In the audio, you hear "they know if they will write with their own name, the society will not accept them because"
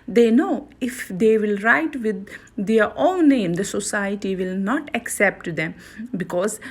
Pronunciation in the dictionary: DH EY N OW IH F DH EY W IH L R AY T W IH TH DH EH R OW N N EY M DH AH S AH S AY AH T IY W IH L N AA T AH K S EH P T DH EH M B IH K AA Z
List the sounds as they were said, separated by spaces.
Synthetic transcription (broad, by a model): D EY N OW IH F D EY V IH L R AY T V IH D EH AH R OW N N EY M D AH S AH S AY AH T IY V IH L N AA T AH K S EH P T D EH M B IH K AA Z